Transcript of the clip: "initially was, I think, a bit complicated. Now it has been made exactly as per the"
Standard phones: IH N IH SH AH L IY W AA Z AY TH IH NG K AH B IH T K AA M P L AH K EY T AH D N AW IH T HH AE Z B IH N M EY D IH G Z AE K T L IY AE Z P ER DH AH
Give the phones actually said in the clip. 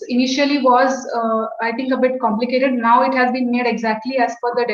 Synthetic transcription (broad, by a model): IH N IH SH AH L IY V AA Z AY T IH NG K AH B IH T K AA M P L AH K EY T AH D N AW IH T HH AE Z B IH N M EY D IH G Z AE K T L IY AE Z F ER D AH